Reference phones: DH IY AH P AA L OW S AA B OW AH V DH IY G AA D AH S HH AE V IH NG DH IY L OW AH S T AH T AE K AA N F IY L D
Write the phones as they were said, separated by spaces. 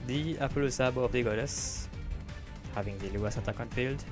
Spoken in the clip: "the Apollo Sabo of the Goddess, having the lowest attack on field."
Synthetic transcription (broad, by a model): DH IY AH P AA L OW S AA B OW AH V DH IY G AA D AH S HH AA V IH NG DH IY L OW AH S AH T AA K AA N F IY L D